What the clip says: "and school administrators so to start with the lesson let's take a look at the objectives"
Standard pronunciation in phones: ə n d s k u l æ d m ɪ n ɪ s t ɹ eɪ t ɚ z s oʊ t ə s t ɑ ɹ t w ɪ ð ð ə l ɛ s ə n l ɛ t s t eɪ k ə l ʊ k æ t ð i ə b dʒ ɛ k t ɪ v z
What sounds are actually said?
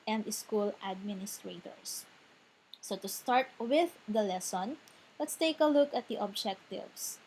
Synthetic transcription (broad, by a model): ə n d s k u l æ d m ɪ n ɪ s t ɹ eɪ t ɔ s s oʊ t ə s t ɑ ɹ t w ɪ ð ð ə l ɛ s ə n l ɛ t s t eɪ k ə l ʊ k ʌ t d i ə b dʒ ɛ k t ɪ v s